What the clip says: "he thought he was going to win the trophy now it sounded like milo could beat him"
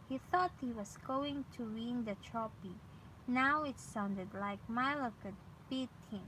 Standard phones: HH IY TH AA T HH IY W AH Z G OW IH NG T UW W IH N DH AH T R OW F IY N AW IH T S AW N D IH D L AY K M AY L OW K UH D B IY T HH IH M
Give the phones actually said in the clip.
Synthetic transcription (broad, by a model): HH IY TH AA T HH IY W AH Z G OW IH NG T UW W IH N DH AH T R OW P IY N AW IH T S AW N D IH D L AY K M AY L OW K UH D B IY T HH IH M